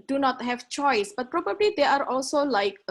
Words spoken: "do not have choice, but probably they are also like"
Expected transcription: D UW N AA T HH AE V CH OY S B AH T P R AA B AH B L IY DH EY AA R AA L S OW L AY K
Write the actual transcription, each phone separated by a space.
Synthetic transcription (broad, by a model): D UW N AA T HH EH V CH OY S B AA T P R AA B AH B L IY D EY AA R AA L S OW L AY K